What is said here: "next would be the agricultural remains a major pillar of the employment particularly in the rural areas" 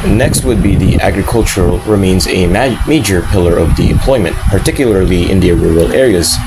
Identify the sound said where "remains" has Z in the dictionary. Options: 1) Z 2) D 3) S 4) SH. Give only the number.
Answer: 1